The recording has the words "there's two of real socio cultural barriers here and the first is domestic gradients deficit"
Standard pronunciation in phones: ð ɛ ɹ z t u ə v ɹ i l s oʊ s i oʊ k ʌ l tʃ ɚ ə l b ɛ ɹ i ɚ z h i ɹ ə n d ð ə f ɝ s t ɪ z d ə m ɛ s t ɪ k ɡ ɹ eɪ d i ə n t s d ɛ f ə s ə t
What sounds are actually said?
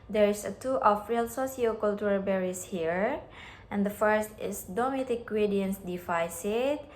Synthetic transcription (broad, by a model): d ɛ ɹ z t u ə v ɹ i l s oʊ s i oʊ k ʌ l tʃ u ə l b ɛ ɹ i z h i ɹ ə n d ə f ɝ s t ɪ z d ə m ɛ t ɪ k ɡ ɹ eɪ d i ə n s d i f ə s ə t